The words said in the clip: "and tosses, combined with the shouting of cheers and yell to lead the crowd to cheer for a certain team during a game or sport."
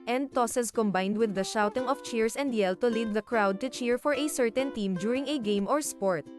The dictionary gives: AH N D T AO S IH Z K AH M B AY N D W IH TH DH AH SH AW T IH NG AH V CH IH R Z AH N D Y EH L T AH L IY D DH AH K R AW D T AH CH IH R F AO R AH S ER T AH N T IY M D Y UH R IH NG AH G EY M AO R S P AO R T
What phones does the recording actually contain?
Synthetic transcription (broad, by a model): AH N D T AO S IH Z K AH M B AY N D W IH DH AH SH AW T IH NG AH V CH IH R S AH N D Y EH L T AH L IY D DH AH K R AW D T AH CH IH R F AO R AH S ER T AH N T IY M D Y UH R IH NG AH G EY M AO R S P AO R T